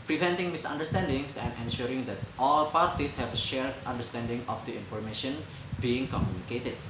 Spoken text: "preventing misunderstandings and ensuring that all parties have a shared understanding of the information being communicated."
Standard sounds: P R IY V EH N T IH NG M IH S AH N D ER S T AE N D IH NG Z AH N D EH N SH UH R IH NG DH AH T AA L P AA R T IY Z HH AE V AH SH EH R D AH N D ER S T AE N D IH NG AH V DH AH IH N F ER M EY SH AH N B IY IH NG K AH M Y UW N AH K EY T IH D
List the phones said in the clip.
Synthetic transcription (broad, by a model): P R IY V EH N T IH NG M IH S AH N D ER S T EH N D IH NG S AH N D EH N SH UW R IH NG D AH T AA L P AA R T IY S HH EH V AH SH EH R D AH N D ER S T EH N D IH NG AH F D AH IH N F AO M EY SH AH N B IY IH NG K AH M Y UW N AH K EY T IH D